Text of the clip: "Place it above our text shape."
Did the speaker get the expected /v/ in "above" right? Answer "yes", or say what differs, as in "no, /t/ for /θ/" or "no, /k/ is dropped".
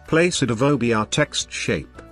no, /b/ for /v/